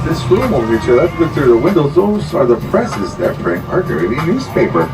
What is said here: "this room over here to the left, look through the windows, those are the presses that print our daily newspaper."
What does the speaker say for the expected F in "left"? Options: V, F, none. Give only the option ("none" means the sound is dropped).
none